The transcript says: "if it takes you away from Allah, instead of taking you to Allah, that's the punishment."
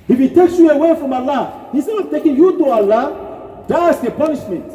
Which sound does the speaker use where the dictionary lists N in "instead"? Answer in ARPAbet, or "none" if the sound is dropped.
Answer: none